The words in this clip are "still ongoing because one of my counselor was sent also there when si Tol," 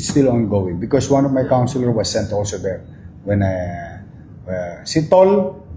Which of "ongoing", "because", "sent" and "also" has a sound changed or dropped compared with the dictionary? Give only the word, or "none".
because